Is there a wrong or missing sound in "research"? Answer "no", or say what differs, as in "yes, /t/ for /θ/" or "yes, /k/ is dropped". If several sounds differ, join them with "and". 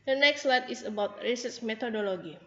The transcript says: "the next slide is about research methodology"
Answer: yes, /s/ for /tʃ/